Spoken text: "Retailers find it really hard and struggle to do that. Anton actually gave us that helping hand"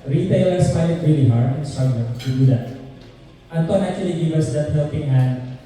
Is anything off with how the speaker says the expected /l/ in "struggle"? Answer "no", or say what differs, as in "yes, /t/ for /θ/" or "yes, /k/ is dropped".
yes, /n/ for /l/